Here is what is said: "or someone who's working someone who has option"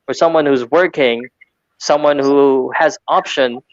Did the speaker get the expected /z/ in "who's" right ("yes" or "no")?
yes